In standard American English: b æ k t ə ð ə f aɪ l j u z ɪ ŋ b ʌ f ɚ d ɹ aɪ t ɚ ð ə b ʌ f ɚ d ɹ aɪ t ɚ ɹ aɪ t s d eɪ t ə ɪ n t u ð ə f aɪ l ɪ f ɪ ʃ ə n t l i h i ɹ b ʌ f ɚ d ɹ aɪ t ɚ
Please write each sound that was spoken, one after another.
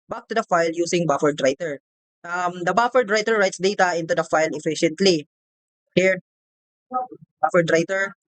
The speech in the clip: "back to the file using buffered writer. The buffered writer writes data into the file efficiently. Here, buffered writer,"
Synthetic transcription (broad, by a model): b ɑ k t ə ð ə f aɪ l j u s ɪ ŋ b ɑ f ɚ d ɹ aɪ t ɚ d ə b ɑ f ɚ d ɹ aɪ t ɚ ɹ aɪ t s d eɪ t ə ɪ n t u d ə f aɪ l ɪ f ɪ ʃ ə n t l i h i ɹ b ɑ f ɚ d ɹ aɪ t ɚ